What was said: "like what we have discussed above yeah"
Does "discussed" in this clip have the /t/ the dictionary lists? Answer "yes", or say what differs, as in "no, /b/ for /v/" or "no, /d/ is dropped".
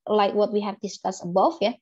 no, /t/ is dropped